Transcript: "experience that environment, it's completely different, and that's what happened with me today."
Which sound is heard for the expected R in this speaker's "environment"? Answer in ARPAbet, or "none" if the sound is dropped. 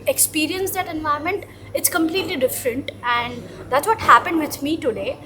none